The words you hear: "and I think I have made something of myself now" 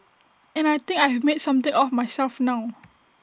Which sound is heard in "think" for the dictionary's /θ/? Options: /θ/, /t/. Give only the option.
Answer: /t/